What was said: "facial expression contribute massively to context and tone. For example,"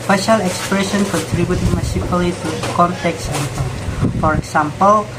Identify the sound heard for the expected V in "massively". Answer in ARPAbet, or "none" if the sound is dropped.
P